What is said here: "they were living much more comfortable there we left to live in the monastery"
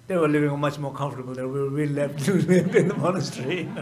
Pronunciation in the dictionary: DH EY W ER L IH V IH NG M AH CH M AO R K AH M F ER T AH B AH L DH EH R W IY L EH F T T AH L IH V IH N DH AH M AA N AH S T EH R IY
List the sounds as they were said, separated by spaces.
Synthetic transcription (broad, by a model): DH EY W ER L IH V IH NG M AH CH M AO R K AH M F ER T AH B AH L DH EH W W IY L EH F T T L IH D IH N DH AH M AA N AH S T R IY